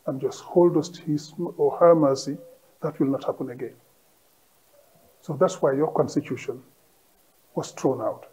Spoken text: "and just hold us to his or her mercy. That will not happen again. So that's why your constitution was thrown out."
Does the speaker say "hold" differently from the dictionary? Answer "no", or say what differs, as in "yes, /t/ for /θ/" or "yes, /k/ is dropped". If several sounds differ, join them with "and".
no